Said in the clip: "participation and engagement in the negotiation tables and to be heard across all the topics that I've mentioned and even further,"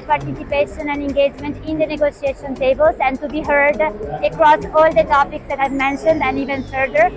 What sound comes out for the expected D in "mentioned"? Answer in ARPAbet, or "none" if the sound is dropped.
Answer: D